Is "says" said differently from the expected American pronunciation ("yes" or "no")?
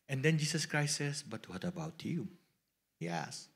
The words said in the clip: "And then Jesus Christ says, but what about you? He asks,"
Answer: yes